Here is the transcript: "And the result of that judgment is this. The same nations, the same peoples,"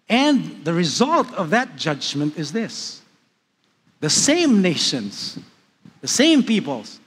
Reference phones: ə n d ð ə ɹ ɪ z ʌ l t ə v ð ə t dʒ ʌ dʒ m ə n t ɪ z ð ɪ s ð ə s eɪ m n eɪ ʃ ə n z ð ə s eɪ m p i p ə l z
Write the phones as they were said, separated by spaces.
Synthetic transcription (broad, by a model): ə n ð ə ɹ ɪ z ʌ l t ə v ð ə t dʒ ʌ dʒ m ə n t ɪ z ð ɪ s ð ə s eɪ m n eɪ ʃ ə n z ð ə s eɪ m p i p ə l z